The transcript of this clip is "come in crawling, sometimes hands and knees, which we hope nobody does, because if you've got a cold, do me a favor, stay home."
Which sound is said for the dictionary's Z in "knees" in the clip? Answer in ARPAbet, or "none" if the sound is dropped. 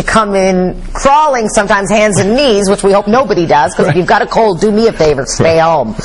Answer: Z